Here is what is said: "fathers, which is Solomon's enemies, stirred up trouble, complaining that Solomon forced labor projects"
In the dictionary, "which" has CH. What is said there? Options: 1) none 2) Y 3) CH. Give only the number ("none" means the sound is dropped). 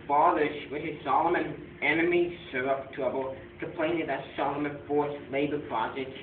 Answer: 1